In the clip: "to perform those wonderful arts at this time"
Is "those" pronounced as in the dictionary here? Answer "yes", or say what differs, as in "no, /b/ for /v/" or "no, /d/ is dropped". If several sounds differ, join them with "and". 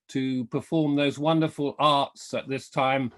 yes